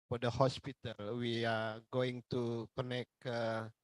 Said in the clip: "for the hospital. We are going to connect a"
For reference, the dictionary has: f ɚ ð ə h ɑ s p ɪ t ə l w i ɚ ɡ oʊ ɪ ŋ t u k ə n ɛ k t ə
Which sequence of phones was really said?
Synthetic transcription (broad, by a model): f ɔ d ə h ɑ s p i t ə l w i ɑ ɡ oʊ ɪ ŋ t u k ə n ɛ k ə